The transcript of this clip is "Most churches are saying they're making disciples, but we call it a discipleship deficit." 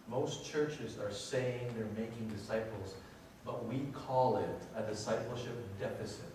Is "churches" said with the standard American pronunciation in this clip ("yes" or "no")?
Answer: yes